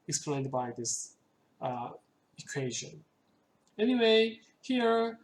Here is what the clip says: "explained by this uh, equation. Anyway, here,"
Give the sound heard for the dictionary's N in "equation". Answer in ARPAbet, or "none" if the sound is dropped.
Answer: N